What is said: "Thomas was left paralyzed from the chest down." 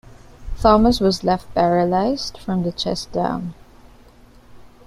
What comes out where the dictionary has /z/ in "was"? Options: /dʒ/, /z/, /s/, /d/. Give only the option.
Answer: /z/